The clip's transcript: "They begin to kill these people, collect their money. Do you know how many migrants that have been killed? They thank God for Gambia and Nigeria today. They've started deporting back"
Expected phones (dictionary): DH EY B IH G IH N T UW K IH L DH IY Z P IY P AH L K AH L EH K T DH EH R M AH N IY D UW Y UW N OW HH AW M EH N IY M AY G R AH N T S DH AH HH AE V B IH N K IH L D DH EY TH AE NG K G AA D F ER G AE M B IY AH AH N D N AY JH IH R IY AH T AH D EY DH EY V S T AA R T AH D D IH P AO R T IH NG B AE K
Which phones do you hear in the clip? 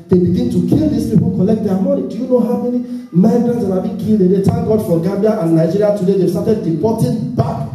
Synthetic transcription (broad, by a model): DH EY B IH G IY N T UW K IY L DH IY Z P IY P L K AH L EH K T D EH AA M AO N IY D Y UW N OW HH AW M EH N IY M AY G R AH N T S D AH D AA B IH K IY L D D EY T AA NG G AA D F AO G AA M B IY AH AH N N AY JH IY R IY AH T AH D EY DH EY S T AA T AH D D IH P AO T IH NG B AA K